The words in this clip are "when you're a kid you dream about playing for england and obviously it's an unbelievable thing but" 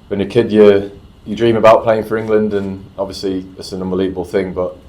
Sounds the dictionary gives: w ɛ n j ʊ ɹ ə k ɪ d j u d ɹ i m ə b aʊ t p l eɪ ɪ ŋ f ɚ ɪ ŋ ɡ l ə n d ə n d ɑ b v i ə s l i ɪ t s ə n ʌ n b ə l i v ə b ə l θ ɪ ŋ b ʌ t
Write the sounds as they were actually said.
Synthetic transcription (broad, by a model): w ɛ n j ə k ɪ d j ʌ d ɹ i m ə b aʊ t p l eɪ ɪ ŋ f ɚ ɪ ŋ ɡ l ə n d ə n ɑ b v i ə s l i ɪ t s ə n ʌ n b ə l i v ə b ə l θ ɪ ŋ b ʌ t